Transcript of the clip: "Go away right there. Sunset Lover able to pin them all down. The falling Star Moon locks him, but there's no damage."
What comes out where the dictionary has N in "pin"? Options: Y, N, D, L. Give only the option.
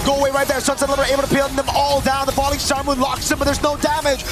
L